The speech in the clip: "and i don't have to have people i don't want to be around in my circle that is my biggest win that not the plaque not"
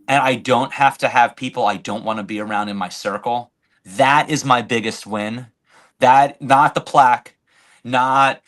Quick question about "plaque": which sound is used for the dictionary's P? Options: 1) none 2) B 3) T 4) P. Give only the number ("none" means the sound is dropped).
4